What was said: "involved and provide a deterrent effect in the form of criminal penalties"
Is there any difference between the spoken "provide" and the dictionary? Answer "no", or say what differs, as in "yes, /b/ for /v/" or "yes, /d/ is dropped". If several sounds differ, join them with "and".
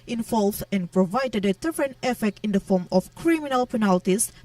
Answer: no